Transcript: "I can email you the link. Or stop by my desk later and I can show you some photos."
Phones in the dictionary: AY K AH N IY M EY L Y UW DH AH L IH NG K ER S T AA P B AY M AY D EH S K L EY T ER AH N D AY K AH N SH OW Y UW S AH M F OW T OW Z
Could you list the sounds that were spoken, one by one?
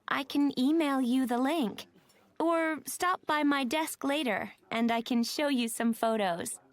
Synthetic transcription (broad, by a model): AY K AH N IY M EY L Y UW DH AH L IH NG K ER S T AA P B AY M AY D EH S K L EY T ER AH N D AY K AH N SH OW Y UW S AH M F OW T OW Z